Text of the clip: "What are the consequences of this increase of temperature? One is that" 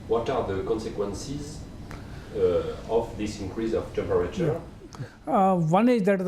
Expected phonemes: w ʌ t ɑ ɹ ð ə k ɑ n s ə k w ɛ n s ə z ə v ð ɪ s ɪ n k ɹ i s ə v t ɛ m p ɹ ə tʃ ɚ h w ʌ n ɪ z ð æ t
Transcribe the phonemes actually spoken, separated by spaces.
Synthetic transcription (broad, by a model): w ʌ t ɑ ɹ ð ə k ɑ n s ə k w ɛ n s ə z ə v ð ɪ s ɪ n k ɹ i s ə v t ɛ m p ɹ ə tʃ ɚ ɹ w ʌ n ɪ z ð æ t